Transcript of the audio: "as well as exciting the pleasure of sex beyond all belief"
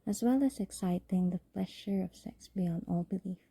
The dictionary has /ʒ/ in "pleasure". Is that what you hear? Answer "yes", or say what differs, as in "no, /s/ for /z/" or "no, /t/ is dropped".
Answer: no, /ʃ/ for /ʒ/